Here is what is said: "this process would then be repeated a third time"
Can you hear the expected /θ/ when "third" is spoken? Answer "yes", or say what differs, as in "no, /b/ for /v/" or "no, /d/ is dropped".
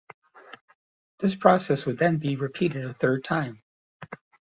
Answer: yes